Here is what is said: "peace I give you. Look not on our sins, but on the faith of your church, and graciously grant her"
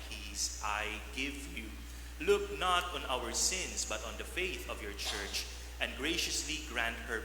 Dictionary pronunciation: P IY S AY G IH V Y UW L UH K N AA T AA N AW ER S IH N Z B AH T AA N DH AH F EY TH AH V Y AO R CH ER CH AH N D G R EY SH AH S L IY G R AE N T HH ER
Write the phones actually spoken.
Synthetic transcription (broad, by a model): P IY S AY G IH V Y UW L UH K N AA T AA N AW ER S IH N S B AH T AA N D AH F EY TH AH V Y AO R CH ER CH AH N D G R EY SH AH S L IY G R AE N T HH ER